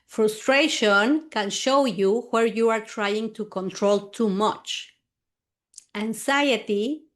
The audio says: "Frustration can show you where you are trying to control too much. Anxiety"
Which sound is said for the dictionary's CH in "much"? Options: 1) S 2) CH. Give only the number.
2